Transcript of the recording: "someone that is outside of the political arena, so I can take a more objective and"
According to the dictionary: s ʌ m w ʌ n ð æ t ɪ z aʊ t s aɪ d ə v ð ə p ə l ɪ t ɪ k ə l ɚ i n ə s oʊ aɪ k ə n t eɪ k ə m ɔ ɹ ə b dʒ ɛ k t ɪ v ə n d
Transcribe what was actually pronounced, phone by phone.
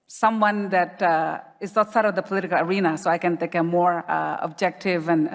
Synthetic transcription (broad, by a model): s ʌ m w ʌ n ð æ t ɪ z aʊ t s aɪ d ə v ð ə p ə l ɪ t ɪ k ə l ɚ i n ə s oʊ aɪ k ə n t eɪ k ə m ɔ ɹ ə b dʒ ɛ k t ɪ v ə n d